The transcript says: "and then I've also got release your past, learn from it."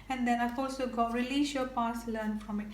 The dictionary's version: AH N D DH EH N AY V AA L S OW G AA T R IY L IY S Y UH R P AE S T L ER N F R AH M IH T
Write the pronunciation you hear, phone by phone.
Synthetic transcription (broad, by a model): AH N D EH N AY F AA L S OW G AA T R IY L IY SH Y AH P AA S L ER N F R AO M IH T